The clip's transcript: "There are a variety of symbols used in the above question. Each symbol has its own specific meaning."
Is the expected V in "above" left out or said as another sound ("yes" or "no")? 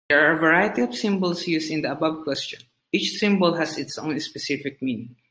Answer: yes